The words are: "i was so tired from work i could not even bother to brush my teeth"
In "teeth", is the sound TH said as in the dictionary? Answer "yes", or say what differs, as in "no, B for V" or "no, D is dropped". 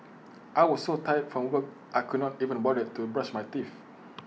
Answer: no, F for TH